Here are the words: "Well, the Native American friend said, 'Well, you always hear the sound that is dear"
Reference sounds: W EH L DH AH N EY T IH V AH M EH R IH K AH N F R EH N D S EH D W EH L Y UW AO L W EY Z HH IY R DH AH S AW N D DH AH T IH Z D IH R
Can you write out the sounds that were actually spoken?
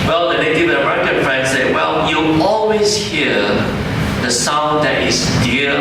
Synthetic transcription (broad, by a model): W EH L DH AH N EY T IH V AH AH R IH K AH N F R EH N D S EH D W EH L Y UW AO L W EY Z HH IY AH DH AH S AW N D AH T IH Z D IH